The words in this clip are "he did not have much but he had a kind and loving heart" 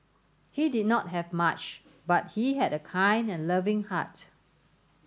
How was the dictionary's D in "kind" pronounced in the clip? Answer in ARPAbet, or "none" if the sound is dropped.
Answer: D